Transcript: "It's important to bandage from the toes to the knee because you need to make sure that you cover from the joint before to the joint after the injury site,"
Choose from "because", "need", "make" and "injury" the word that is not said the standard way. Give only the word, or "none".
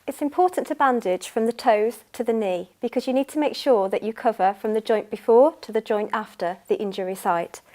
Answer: none